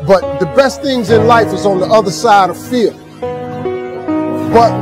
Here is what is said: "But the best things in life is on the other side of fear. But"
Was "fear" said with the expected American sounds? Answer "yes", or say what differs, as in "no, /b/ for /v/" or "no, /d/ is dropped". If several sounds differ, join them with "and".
no, /l/ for /ɹ/